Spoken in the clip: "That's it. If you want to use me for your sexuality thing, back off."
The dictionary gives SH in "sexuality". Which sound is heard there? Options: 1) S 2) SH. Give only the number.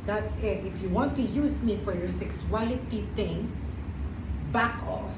1